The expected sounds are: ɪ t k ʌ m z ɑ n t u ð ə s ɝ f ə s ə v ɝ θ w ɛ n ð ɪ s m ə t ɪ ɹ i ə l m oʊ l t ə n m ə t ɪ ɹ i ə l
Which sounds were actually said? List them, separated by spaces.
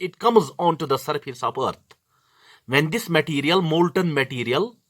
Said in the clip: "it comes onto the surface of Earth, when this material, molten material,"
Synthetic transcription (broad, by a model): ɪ t k ʌ m z ɑ n t u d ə s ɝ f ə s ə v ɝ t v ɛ n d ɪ s m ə t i ɹ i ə l m oʊ l t ə n m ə t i ɹ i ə l